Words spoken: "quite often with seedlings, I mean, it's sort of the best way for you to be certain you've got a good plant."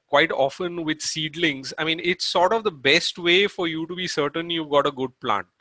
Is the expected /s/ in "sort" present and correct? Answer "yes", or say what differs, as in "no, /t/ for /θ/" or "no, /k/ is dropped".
yes